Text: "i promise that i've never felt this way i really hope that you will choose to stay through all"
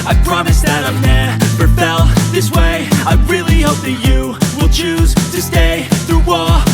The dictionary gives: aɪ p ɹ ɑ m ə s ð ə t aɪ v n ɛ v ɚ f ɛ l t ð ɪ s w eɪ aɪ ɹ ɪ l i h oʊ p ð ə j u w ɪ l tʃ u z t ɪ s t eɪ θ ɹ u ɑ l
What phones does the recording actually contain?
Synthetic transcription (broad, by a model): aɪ p ɹ ɑ m ə s ð ə t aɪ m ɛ p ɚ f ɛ l ð ɪ s w eɪ aɪ ɹ ɪ l i h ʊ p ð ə j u w ɪ l tʃ u z t ɪ s t eɪ θ ɹ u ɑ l